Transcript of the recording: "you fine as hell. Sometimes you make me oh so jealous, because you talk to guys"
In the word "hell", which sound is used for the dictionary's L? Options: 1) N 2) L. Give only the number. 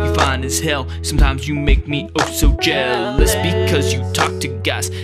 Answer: 2